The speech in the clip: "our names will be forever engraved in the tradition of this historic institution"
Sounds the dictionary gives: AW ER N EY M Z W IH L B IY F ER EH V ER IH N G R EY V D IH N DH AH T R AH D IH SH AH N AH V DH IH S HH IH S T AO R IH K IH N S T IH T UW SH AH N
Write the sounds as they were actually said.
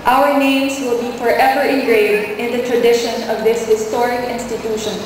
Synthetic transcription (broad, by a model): AW ER N EY M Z W IH L B IY F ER EH V ER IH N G R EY D IH N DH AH T R AH D IH SH AH N AH V DH IH S HH IH S T AO R IH K IH N S T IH T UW SH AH N